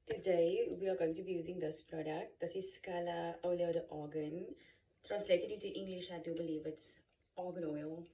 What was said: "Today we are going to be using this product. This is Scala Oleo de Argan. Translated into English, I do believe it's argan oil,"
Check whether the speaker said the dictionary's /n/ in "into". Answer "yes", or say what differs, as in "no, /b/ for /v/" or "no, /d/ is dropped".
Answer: no, /n/ is dropped